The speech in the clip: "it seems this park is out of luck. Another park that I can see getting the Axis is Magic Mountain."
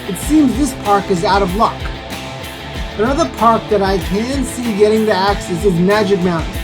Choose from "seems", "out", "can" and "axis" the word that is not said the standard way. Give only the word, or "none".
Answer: none